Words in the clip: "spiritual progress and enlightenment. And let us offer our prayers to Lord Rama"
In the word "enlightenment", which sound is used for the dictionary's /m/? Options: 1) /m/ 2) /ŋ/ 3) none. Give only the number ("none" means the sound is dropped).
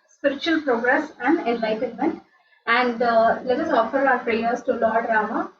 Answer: 1